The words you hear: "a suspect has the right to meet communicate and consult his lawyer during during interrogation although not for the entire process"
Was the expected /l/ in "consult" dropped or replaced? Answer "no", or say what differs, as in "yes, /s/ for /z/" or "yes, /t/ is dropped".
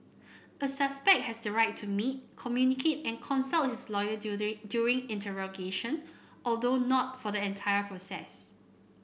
no